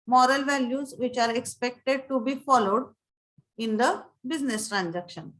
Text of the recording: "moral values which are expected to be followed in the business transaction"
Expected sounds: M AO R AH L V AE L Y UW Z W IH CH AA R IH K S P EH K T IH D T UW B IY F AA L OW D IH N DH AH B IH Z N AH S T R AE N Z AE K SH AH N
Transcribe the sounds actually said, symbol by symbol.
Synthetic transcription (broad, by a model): M AO R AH L V AE L Y UW Z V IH CH AA R IH K S P EH K T IH D T UW B IY F AA L OW D IH N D AH B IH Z N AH S T R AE N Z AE K SH AH N